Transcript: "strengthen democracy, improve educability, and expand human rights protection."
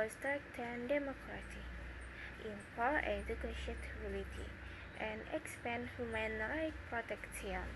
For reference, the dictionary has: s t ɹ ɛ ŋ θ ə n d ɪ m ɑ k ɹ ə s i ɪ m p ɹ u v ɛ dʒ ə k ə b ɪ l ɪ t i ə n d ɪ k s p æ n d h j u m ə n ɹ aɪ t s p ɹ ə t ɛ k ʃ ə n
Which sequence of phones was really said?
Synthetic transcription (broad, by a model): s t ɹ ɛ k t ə n d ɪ m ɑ k ɹ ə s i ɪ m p ɑ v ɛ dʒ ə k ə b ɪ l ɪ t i ə n d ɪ k s p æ n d h j u m ə n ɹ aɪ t p ɹ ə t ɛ k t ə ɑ